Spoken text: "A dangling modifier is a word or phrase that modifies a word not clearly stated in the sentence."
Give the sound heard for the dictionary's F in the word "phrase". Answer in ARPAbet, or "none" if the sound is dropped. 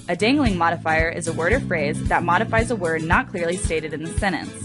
F